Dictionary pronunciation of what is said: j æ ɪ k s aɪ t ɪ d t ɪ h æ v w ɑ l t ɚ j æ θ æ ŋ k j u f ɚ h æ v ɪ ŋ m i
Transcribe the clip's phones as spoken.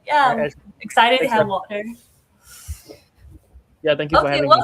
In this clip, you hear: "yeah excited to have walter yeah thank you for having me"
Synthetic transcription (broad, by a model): j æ ɪ k s aɪ t ɪ d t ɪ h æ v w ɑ t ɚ j æ θ æ ŋ k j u f ɚ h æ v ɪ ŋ